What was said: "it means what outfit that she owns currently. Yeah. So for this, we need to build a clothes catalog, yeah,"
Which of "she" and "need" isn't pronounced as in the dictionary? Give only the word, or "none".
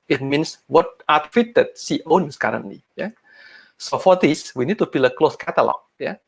she